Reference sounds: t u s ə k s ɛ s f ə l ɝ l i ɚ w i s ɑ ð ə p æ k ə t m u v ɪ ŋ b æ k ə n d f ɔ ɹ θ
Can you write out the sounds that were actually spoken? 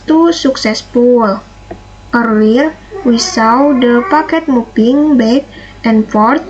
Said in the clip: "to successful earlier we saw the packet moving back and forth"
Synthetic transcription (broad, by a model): t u s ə k s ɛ s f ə l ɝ i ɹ w i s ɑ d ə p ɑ k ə t m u p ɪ ŋ b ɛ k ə n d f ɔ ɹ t